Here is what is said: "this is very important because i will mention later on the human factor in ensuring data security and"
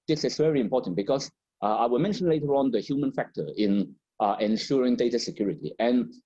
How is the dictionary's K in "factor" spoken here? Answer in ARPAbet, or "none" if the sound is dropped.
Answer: K